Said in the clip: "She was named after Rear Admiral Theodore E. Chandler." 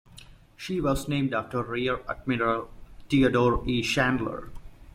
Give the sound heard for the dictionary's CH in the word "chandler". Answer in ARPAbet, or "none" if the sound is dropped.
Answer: SH